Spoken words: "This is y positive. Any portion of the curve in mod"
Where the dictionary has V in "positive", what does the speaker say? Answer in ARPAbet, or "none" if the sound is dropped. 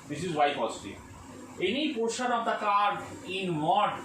none